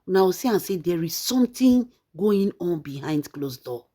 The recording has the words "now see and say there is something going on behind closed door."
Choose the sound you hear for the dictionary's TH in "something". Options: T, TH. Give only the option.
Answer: T